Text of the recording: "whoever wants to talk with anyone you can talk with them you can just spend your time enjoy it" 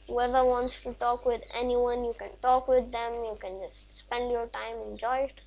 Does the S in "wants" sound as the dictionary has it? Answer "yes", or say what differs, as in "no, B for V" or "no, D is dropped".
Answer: yes